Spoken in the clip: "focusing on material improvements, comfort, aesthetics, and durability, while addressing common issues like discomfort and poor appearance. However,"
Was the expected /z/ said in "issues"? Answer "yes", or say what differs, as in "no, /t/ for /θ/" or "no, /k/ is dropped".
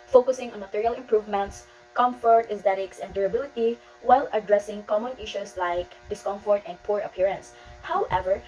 no, /s/ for /z/